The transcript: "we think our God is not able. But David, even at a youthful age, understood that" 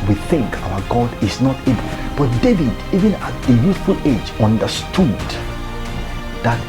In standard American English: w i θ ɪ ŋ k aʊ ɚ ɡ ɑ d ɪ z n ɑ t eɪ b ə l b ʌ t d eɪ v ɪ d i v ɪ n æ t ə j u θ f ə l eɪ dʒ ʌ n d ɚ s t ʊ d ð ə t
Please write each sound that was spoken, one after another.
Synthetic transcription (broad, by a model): w i θ ɪ ŋ k aʊ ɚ ɡ ɑ d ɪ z n ɑ t eɪ b ə l b ʌ t d eɪ v ɪ d i v ɪ n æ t ə j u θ f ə l eɪ dʒ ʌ n d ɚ s t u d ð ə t